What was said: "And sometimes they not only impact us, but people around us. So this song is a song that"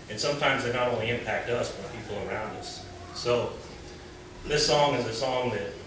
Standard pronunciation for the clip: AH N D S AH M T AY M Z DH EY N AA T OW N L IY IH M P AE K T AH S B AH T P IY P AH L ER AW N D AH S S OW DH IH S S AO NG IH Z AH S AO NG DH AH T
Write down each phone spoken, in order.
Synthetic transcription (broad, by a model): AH N S AH M T AY M Z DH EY N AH T OW N L IY IH M P AE K T AH S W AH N P IY P L ER AW N D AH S S OW DH IH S S AO NG IH Z AH S AO NG DH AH T